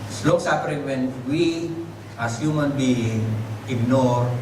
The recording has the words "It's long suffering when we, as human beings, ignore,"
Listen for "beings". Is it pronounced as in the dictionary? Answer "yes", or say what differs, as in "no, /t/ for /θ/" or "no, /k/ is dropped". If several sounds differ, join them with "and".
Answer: no, /z/ is dropped